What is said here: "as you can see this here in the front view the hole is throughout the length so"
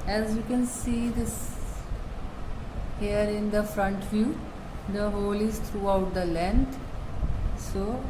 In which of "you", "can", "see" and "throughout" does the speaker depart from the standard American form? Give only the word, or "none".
throughout